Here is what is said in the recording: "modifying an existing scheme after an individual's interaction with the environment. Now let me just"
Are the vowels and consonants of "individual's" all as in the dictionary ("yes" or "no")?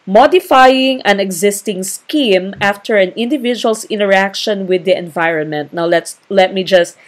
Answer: no